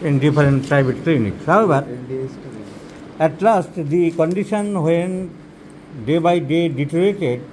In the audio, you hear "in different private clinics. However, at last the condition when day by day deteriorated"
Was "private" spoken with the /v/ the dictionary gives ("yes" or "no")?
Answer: no